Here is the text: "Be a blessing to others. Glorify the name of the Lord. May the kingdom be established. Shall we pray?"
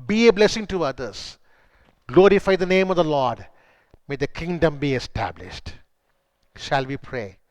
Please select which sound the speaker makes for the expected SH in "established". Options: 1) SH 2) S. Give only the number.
1